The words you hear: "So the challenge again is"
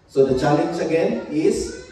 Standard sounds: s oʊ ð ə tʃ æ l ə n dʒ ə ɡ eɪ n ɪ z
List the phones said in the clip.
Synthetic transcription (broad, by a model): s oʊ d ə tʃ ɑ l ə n tʃ ə ɡ eɪ n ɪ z